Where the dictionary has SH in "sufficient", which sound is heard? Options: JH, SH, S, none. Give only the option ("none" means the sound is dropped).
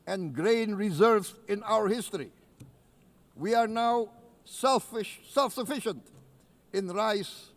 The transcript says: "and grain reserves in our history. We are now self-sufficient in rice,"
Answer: SH